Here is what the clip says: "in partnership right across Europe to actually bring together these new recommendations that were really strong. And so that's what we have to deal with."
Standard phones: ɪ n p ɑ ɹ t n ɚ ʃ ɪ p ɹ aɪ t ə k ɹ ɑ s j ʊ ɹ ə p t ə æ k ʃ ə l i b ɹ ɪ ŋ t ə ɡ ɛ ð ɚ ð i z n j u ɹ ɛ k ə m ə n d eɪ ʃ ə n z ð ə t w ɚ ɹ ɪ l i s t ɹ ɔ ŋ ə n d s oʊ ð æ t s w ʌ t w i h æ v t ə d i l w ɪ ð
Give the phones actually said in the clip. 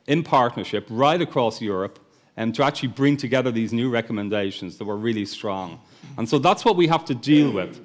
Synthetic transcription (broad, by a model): ɪ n p ɑ ɹ t n ɚ ʃ ɪ p ɹ aɪ t ə k ɹ ɑ s j ʊ ɹ ə p t ə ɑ k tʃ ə l i b ɹ ɪ ŋ t ə ɡ ɛ ð ɚ ð i z n j u ɹ ɛ k ə m ə n d eɪ ʃ ə n z ð ə t w ɚ ɹ ɪ l i s t ɹ ɔ ŋ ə n s oʊ ð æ t s w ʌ t w i h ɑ f t ə d i l w ɪ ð